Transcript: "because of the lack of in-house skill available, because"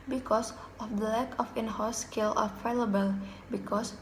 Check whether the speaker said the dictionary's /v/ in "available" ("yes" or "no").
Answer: no